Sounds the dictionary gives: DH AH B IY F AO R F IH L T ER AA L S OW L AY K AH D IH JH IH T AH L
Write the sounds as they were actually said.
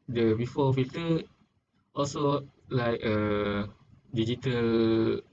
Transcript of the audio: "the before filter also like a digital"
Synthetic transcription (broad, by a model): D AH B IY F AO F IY T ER AA L S OW L AY K AH D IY JH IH T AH L